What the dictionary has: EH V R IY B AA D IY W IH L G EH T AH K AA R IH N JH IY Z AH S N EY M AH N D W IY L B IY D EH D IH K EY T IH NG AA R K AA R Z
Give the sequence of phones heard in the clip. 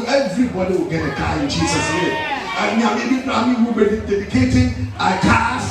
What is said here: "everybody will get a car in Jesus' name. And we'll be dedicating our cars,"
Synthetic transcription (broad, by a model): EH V R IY B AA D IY W IH L G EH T AH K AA IH N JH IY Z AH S N EY M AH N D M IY W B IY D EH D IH K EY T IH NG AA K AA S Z